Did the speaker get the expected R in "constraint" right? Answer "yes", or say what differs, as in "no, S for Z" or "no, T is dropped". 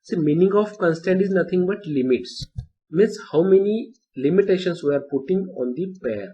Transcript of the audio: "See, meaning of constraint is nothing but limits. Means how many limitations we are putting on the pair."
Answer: no, R is dropped